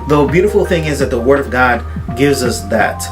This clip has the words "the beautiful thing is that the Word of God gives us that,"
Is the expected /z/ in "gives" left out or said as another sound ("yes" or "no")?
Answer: no